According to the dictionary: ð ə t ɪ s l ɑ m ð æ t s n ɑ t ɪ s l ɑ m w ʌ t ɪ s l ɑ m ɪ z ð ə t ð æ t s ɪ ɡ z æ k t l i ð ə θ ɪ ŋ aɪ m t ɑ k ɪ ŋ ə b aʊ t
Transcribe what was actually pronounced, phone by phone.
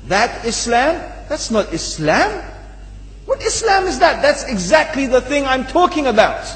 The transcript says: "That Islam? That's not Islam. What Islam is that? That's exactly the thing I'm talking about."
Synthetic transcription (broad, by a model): ð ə t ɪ s l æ m ð æ t s n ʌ t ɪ s l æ m w ʌ t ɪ s l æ m ɪ z ð ə t ð æ t s ɪ ɡ z æ k t l i ð ə θ ɪ ŋ aɪ m t ɑ k ɪ ŋ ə b aʊ t